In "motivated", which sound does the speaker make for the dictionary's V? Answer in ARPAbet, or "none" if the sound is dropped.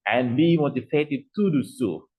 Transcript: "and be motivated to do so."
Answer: P